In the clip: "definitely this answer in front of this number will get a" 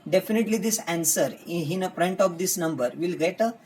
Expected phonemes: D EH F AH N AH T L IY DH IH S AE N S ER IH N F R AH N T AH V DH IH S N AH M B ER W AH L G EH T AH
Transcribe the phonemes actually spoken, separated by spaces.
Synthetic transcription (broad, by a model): D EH F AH N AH T L IY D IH S AE N S ER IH N P R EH N T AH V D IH S N AH M B ER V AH L G EH T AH